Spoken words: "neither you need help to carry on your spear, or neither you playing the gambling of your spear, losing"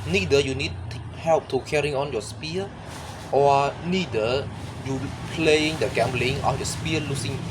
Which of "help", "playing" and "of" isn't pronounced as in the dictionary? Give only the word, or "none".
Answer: of